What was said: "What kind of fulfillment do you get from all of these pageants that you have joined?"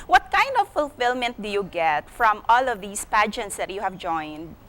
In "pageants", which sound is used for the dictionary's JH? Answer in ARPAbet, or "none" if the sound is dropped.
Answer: JH